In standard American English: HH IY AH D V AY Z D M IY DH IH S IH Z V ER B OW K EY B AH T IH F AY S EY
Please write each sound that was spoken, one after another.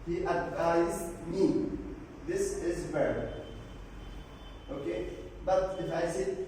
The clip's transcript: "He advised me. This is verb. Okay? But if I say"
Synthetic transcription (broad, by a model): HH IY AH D V AY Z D M IY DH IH S IH Z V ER OW K EY B AH T IH F AY S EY